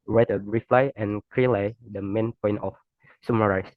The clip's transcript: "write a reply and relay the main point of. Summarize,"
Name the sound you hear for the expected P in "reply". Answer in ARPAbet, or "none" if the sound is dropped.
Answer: F